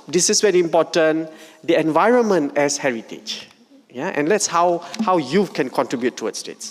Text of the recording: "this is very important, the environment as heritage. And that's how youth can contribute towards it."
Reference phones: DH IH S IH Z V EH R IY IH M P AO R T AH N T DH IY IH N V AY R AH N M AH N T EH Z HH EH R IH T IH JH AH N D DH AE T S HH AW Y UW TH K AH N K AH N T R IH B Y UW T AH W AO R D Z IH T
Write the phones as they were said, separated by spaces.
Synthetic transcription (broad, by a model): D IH S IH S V EH R IY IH M P AO T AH N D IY IH N V AY R AH N M AH N T EH S HH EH R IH T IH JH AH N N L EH T S HH AW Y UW F K AH N K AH N T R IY B Y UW T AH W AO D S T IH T